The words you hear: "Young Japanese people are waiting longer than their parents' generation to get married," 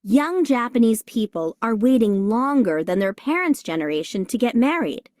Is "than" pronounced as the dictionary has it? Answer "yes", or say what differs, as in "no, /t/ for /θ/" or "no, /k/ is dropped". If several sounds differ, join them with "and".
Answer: yes